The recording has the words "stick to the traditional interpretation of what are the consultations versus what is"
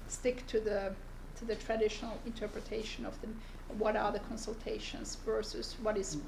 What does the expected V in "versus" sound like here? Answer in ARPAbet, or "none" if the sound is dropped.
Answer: V